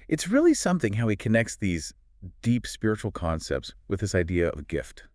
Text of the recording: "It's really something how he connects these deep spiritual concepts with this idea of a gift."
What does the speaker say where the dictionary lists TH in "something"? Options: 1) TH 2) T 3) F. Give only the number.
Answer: 1